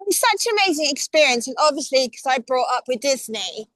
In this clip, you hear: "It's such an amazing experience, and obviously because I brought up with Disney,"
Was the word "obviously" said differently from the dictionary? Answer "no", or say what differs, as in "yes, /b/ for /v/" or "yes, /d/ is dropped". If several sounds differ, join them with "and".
no